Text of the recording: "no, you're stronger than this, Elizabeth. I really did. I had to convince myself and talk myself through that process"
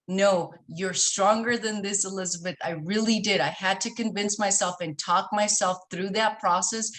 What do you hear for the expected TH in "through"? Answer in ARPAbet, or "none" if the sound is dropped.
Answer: TH